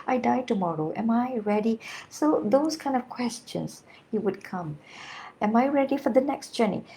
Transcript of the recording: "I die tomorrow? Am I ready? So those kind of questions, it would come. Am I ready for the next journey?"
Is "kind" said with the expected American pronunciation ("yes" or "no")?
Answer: yes